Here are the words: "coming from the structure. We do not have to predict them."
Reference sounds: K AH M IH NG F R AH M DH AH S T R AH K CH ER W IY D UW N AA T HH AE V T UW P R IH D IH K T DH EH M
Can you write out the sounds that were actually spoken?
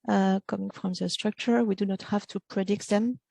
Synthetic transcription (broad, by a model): K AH M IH NG F R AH M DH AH S T R AH K CH ER W IY D UW N AA T HH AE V T UW P R IH D IH K T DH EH M